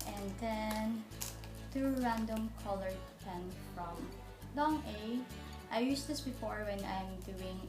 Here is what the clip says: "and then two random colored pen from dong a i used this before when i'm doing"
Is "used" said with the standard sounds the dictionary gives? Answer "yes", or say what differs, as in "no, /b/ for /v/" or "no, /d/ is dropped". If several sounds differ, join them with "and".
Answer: no, /s/ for /z/